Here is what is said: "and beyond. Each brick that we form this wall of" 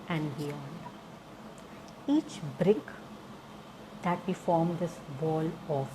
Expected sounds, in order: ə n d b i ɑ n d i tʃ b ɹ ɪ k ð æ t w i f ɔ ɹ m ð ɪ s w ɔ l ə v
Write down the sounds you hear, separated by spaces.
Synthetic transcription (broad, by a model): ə n d b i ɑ n d i tʃ b ɹ ɪ k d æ t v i f ɔ ɹ m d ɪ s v ɔ l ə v